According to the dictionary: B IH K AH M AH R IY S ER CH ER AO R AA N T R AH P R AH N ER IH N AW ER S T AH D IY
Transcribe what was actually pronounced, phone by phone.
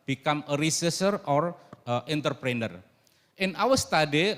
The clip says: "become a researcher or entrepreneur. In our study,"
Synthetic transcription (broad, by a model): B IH K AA M AH R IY S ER S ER AO R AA N T R P R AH N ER IH N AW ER S T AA D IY